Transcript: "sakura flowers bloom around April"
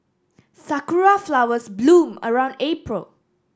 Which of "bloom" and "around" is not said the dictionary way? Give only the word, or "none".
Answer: none